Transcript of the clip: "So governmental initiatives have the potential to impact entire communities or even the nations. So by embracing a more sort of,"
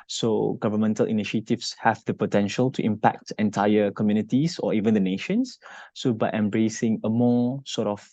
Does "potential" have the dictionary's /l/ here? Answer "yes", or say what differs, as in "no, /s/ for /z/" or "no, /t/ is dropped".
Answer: yes